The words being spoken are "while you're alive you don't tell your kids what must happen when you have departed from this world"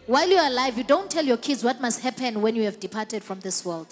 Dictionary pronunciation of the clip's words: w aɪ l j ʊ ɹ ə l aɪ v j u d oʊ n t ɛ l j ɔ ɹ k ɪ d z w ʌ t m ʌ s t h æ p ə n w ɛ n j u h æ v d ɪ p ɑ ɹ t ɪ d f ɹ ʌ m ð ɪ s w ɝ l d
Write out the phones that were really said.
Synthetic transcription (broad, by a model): w aɪ l j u ə l aɪ v j u d oʊ n t ɛ l j ɔ k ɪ d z w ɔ t m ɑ s t h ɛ p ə n w ɛ n j u h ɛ v d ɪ p ɑ t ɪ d f ɹ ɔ m ð ɪ s w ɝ l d